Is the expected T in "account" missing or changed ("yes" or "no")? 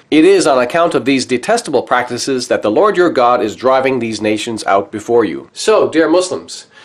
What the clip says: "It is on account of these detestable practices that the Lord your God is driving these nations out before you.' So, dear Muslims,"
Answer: no